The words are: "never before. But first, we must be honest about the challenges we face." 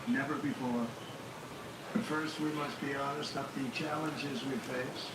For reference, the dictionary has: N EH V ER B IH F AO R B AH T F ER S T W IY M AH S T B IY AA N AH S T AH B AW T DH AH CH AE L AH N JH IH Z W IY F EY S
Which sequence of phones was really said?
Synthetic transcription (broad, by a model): N EH V ER B IH F AO R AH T F ER S T W IY M AH S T B IY AA N AH S T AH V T DH AH CH AE L AH N JH IH Z W IY F EY S